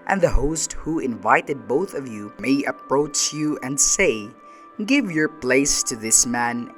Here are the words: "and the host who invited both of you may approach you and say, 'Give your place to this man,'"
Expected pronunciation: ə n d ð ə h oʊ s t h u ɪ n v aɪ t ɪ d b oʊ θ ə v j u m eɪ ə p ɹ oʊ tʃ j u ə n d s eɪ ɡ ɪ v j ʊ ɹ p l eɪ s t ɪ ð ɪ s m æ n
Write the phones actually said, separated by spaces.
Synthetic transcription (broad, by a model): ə n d ð ə h oʊ s t h u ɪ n v aɪ t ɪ d b oʊ θ ə v j u m eɪ ə p ɹ oʊ tʃ j u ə n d s eɪ ɡ ɪ v j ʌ ɹ p l eɪ s t ɪ ð ɪ s m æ n